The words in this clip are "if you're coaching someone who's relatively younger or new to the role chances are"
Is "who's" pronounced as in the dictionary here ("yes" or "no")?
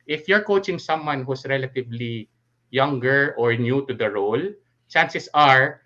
no